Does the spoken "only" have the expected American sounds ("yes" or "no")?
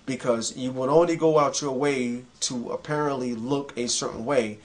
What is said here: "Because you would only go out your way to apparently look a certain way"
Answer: yes